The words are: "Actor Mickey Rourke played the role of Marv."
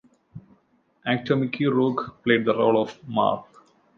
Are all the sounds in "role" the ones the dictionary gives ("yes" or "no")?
yes